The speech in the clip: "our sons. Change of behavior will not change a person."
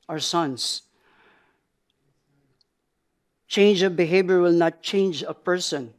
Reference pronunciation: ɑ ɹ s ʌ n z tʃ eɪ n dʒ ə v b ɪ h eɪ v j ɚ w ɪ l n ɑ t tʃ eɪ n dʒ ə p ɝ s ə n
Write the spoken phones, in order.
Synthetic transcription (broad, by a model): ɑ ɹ s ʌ n s tʃ eɪ n dʒ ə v b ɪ h eɪ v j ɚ w ɪ l n ɑ t tʃ eɪ n dʒ ə p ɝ s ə n